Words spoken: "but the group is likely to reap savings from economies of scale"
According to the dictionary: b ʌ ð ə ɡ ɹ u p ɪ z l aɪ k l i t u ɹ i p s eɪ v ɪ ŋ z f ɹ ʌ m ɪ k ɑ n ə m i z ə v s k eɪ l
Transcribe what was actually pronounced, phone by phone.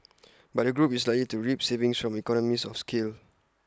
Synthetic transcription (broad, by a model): b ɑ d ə ɡ ɹ u p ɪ s l aɪ k l i t u ɹ i p s eɪ v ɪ ŋ s f ɹ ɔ m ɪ k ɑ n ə m i s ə f s k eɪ l